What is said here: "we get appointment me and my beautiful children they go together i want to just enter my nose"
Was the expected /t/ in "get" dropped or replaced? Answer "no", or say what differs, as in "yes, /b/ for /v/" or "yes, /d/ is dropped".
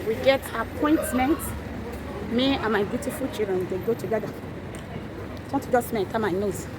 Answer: no